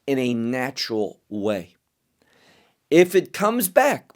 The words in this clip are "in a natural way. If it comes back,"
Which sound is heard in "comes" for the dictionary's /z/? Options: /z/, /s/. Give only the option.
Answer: /z/